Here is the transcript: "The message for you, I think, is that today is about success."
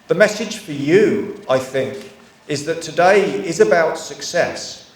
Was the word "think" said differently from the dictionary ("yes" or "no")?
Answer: no